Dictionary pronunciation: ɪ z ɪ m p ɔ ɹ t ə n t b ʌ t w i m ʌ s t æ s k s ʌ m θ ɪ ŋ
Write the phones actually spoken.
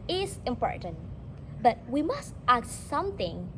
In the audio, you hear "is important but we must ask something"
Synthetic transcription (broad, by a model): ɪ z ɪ m p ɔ ɹ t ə n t b ʌ t w i m ʌ s t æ k s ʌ m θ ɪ ŋ